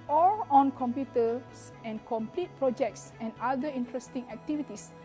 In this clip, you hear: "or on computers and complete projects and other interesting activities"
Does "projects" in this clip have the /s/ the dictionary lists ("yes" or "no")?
yes